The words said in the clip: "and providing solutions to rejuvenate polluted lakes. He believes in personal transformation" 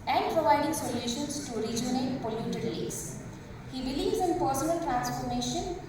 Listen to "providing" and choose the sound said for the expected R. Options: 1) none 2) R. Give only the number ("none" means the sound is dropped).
2